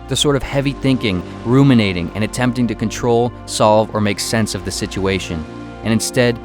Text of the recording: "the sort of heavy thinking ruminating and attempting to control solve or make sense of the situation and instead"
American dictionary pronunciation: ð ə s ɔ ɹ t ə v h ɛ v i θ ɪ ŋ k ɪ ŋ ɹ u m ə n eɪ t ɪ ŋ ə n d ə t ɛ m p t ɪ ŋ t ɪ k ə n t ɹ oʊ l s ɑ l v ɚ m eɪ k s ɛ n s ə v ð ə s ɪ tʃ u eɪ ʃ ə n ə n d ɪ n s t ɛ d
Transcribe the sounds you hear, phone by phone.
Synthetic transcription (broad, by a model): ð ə s ɔ ɹ t ə v h ɛ v i θ ɪ ŋ k ɪ ŋ ɹ u m ə n eɪ t ɪ ŋ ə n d ə t ɛ m p t ɪ ŋ t ɪ k ə n t ɹ oʊ l s ɑ l v ɚ m eɪ k s ɛ n s ə v ð ə s ɪ tʃ u eɪ ʃ ə n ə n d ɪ n s t ɛ d